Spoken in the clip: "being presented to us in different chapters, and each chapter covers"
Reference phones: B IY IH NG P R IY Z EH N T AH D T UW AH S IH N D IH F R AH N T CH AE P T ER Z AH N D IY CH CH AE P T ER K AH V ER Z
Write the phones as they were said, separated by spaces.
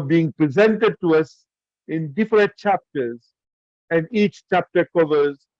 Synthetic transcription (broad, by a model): B IY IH NG P R IY Z EH N T AH D T UW AH S IH N D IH F R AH N T CH AE P T ER Z AH N D IY CH CH AE P T ER K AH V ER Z